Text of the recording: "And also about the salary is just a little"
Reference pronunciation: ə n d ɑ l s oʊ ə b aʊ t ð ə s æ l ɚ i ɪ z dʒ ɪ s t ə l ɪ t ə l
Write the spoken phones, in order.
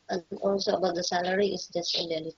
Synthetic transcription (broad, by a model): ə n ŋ ɑ l s oʊ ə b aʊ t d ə s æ l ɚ i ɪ s dʒ ɪ s t ə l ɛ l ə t